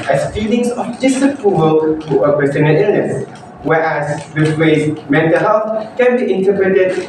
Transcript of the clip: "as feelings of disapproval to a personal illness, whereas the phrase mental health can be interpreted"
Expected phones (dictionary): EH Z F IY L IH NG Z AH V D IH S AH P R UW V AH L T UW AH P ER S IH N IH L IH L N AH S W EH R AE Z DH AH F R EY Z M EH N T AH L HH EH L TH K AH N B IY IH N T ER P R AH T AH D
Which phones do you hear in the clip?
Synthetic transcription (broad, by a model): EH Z F IY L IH NG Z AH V D IH S AH P R UW V AH L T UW AH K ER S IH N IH N IH L N AH S W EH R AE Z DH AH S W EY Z M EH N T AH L HH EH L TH K AH N B IY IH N T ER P R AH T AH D